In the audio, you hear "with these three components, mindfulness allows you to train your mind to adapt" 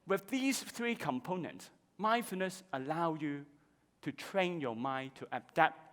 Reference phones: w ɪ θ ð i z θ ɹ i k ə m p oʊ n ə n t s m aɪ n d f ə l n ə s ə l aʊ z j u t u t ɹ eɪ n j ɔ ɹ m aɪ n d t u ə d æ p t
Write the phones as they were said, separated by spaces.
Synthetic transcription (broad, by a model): w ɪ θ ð i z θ ɹ i k ə m p oʊ n ə n t s m aɪ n f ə n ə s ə l aʊ j u t u t ɹ eɪ n j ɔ m aɪ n t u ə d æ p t